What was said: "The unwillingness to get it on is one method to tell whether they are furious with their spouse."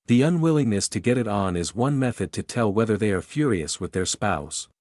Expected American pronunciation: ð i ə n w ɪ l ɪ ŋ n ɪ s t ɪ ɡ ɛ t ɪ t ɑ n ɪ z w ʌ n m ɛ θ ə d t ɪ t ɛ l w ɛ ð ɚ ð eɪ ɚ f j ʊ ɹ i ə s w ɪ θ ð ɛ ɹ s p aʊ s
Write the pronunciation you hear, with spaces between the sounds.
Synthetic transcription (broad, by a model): ð i ə n w ɪ l ɪ ŋ n ɪ s t ɪ ɡ ɛ t ɪ t n ɪ z w ʌ n m ɛ θ ə d t ɪ t ɛ l w ɛ ð ɚ ð eɪ ɚ f j ʊ ɹ i ə s w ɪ ð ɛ ɹ s p aʊ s